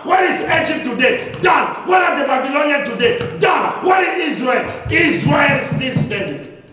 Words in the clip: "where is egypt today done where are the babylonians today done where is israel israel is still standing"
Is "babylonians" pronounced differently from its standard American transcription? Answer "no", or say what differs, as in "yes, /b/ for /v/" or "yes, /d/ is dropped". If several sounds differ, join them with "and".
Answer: yes, /z/ is dropped